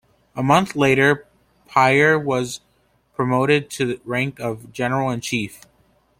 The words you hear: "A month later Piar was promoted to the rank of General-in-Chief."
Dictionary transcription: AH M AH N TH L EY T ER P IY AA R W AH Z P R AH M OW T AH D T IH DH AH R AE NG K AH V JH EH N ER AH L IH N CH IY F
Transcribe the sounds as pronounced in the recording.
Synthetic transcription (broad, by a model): AH M AH N TH L EY T ER P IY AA R W AH Z P R AH M OW T AH D T IH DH R AE NG K AH V JH EH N ER L IH N CH IY F